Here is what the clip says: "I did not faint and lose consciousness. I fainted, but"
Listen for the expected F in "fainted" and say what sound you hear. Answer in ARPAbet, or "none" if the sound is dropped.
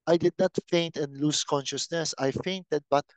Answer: F